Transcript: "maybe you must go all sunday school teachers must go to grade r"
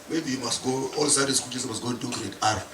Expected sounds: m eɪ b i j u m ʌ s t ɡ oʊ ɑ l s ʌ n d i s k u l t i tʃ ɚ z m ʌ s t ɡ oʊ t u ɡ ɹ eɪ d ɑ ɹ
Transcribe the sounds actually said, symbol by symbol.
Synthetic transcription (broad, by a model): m eɪ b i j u m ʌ s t ɡ oʊ ɑ l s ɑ d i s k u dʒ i s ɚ m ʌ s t ɡ oʊ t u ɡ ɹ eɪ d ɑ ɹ